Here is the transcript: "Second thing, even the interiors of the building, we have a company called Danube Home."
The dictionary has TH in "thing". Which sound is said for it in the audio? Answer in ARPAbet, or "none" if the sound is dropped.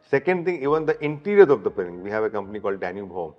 T